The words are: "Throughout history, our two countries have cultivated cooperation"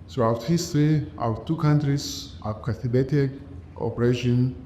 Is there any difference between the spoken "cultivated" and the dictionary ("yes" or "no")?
yes